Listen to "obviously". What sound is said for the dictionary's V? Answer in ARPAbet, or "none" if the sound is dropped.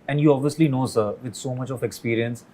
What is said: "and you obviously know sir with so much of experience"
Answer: V